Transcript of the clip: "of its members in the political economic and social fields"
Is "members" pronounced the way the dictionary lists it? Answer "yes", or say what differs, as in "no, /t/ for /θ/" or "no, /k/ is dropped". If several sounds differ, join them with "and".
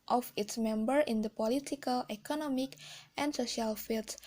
no, /z/ is dropped